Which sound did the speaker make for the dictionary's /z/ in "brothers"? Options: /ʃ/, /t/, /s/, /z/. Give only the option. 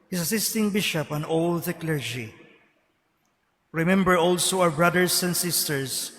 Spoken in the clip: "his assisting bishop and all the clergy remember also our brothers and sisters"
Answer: /s/